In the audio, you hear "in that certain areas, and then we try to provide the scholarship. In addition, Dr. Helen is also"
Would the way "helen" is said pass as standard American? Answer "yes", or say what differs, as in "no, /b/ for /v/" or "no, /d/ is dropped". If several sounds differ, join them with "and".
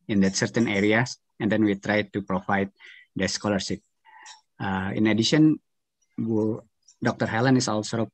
yes